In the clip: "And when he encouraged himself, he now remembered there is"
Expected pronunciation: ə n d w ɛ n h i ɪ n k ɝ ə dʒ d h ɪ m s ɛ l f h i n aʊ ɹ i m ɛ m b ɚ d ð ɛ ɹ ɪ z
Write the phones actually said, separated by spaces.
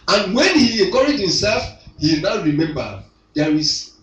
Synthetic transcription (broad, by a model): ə n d w ɛ n h i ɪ k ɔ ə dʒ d h ɪ m s ɛ l f h i n aʊ ɹ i m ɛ m b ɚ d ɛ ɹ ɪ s